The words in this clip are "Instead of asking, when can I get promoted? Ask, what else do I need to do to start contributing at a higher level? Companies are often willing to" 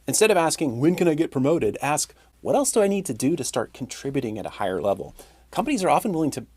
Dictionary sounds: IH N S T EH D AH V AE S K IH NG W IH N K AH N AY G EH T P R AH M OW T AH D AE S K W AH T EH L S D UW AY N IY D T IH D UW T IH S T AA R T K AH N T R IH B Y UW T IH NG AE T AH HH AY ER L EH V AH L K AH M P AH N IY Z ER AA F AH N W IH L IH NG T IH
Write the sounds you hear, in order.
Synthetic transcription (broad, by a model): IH N S T EH D AH V AE S K IH NG W IH N K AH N AY G EH T P R AH M OW T AH D AE S K W AH T EH L S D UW AY N IY D T IH D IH T IH S T AA R T K N T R IH B Y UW T IH NG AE T AH HH AY ER L EH V L K AH M P AH N IY Z ER AA F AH N W IH L IH NG T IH